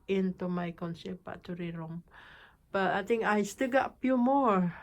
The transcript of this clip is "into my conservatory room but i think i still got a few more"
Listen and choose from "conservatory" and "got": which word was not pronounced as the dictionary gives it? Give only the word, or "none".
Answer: conservatory